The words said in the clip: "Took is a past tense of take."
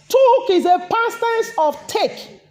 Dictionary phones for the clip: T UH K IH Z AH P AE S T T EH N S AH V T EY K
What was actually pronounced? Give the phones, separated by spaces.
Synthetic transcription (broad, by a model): T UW K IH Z AH P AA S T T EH S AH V T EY K